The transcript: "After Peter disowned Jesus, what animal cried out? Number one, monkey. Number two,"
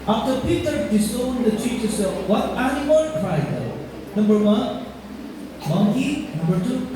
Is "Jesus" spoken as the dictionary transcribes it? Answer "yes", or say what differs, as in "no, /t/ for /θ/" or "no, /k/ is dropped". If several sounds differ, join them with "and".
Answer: no, /tʃ/ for /dʒ/